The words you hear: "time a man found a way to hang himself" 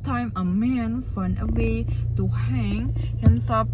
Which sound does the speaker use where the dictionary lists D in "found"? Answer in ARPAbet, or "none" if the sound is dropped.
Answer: none